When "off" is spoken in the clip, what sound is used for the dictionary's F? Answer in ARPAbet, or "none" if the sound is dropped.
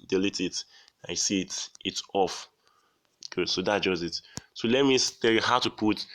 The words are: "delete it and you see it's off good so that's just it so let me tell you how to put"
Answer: F